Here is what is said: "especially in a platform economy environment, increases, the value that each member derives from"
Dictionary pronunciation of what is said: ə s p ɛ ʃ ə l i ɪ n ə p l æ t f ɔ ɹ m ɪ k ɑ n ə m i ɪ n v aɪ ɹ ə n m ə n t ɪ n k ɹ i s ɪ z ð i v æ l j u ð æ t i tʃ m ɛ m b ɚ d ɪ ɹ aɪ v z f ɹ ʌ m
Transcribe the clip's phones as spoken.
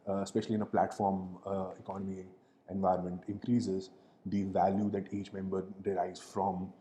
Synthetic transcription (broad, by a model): s p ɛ ʃ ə l i ɪ n ə p l æ t f ɔ ɹ m ɪ k ɑ n ə m i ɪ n v aɪ ə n m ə n t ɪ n k ɹ i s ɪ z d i v æ l j u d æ t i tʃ m ɛ m b ɚ d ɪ ɹ aɪ z f ɹ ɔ m